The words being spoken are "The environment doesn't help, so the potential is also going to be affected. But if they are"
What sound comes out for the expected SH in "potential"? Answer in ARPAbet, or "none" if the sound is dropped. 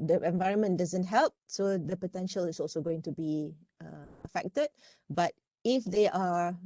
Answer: SH